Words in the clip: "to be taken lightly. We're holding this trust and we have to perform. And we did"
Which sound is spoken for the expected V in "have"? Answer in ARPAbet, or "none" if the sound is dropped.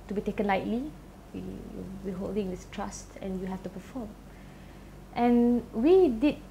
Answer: F